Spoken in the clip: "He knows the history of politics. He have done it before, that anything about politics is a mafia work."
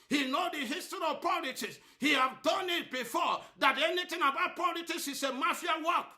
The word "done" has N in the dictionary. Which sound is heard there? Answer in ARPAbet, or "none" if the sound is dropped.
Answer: N